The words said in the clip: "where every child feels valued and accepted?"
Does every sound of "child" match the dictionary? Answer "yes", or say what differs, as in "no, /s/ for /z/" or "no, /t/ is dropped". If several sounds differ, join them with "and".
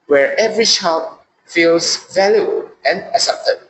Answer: no, /ʃ/ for /tʃ/